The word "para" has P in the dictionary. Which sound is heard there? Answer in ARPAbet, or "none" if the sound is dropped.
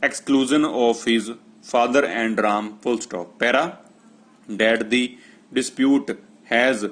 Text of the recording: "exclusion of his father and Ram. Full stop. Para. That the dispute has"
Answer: P